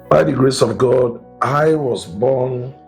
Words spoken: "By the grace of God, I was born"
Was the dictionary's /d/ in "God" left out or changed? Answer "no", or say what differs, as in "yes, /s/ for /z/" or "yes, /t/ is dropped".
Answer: no